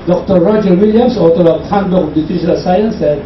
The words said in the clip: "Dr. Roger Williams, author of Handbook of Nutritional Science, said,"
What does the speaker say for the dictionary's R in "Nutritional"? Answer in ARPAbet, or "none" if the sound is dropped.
none